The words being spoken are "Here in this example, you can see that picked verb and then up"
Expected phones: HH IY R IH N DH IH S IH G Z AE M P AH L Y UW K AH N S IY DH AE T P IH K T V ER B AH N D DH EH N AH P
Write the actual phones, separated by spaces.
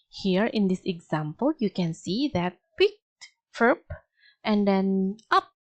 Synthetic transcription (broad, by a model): HH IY R IH N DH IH S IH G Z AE M P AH L Y UW K AH N S IY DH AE T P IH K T F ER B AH N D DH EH N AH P